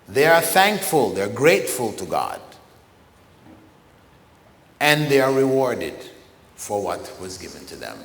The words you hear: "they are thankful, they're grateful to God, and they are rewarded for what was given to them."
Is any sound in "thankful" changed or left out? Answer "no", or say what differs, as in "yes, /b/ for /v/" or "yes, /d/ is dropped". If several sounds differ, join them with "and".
no